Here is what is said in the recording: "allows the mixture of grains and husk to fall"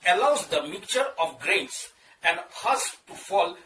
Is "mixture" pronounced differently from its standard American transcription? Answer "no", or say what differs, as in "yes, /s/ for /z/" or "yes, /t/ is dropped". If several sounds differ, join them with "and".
yes, /s/ is dropped